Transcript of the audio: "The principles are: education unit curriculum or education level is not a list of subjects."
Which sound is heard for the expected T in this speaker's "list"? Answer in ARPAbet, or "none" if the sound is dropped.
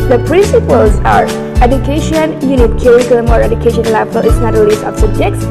none